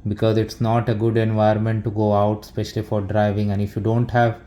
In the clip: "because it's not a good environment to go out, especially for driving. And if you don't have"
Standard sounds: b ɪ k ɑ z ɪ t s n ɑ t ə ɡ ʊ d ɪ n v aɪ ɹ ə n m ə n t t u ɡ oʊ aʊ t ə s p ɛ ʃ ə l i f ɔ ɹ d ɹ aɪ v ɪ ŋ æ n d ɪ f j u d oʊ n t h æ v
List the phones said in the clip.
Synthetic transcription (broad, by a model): b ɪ k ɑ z ɪ t s n ɑ t ə ɡ ʊ d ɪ n v aɪ ə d m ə n t t u ɡ oʊ aʊ t s p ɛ ʃ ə l i f ɔ ɹ d ɹ aɪ v ɪ ŋ æ n d ɪ f j u d oʊ n t h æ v